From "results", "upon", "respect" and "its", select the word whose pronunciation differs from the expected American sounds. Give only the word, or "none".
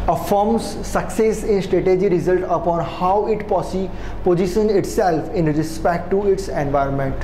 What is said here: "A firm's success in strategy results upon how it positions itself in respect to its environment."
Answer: results